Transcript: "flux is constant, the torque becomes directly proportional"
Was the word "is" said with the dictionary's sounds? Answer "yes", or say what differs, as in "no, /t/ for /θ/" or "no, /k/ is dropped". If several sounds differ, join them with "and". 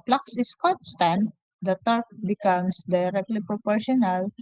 no, /s/ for /z/